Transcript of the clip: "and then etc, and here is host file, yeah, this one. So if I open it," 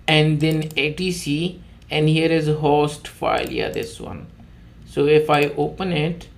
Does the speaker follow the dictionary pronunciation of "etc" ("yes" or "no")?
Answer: no